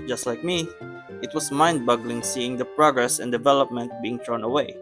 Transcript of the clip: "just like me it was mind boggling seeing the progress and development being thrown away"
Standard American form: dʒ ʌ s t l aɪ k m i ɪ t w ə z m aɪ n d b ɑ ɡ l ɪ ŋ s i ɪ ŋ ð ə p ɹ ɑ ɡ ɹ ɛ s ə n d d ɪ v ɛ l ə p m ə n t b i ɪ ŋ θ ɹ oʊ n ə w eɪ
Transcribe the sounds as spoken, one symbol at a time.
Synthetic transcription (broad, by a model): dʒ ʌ s t l aɪ k m i ɪ t w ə s m aɪ n d b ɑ ɡ l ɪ ŋ s i ɪ ŋ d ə p ɹ ɑ ɡ ɹ ɛ s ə n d d ɪ v ɛ l ə p m ə n t b i ɪ ŋ t ɹ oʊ n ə w eɪ